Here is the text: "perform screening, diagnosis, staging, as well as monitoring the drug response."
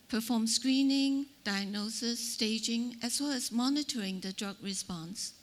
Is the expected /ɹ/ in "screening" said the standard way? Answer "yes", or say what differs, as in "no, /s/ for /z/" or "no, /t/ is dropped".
yes